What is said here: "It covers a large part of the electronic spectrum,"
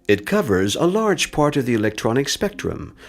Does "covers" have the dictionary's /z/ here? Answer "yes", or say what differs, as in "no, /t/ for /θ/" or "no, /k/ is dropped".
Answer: yes